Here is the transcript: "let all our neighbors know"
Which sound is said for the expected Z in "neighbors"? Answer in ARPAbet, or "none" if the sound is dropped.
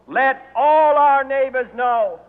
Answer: Z